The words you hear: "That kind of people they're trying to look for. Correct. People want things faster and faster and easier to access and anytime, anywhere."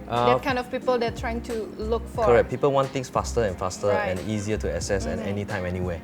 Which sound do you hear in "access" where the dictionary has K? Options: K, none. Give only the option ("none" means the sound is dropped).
none